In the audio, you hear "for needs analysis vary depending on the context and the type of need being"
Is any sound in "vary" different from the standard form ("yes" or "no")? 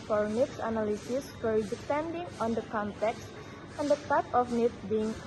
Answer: yes